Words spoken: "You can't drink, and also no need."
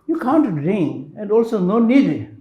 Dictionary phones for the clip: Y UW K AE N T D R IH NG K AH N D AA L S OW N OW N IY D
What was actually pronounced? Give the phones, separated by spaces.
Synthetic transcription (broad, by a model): Y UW K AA N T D R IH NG AH N D AA L S OW N OW N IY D